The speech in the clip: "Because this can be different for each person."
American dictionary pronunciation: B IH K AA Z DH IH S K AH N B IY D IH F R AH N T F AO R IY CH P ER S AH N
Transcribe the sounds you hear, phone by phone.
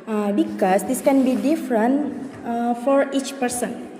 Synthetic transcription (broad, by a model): B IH K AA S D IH S K AH N B IY D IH F R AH N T F AO R IY CH P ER S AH N